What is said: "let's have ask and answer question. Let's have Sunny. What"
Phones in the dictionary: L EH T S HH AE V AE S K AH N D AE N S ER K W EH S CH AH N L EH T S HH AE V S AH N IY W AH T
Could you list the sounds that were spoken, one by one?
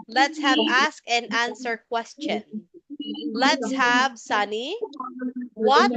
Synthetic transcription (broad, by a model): L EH T S HH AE V AE S K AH N AE N S ER K W EH S CH AH N L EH T S HH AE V S AH N IY W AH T